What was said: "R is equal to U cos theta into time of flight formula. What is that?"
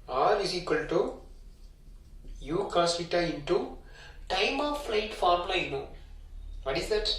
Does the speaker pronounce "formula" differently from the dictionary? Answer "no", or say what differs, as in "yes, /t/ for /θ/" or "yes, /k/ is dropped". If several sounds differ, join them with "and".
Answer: yes, /n/ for /l/